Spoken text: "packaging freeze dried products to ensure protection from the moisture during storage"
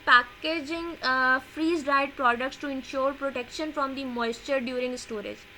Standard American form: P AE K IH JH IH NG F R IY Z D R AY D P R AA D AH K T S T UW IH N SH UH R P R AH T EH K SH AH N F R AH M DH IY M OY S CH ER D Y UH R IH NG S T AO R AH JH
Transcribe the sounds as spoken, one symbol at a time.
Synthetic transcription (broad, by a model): P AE K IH JH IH NG F R IY Z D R AY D P R AA D AH K T S T UW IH N SH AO R P R AH T EH K SH AH N F R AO M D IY M OY S CH ER D Y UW R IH NG S T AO R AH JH